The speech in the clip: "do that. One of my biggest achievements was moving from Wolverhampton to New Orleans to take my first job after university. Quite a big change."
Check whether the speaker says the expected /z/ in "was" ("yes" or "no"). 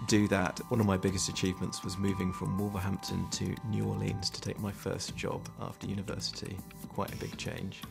yes